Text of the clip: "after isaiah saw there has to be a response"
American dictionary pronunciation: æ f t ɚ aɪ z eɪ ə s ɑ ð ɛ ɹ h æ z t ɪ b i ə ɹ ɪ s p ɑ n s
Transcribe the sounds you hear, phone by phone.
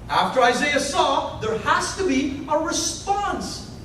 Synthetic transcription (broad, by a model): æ f t ɚ aɪ z eɪ ə s ɑ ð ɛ ɹ h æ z t ɪ b i ə ɹ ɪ s p ɑ n s